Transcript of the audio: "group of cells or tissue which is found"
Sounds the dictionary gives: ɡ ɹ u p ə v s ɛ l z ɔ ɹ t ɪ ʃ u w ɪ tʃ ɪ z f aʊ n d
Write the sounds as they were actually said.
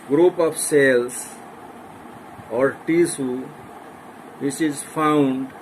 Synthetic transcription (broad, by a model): ɡ ɹ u p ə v s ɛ l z ɔ ɹ t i s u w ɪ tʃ ɪ z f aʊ n d